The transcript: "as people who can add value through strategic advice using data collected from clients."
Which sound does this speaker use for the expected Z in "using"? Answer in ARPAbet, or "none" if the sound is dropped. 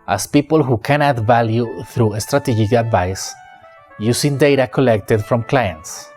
S